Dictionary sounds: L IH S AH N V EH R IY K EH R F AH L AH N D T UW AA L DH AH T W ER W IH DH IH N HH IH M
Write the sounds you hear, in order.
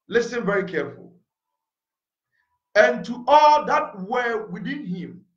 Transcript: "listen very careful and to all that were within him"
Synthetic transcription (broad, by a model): L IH S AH N V EH R IY K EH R F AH L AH N T UW AA L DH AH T W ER W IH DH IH N HH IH M